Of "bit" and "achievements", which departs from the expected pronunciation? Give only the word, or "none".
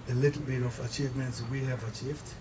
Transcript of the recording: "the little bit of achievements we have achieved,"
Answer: none